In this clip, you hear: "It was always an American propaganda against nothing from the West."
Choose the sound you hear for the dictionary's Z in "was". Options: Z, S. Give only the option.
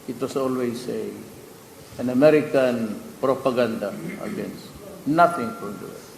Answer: S